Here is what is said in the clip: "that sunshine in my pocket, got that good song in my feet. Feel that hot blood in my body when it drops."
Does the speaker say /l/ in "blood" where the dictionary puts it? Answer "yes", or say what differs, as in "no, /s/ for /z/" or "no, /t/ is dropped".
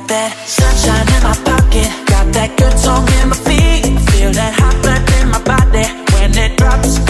no, /l/ is dropped